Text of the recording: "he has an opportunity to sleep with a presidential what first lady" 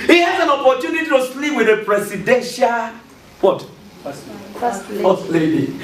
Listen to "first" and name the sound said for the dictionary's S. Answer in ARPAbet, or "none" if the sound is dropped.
none